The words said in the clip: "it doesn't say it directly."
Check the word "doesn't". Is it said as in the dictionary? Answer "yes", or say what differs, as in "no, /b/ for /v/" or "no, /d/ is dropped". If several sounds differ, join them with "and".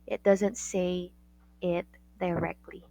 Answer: yes